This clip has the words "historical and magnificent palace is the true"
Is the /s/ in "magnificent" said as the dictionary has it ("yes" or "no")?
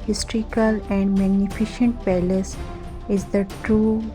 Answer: no